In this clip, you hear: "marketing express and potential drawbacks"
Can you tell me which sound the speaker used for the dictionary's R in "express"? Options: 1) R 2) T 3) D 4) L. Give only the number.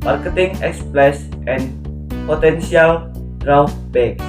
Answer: 4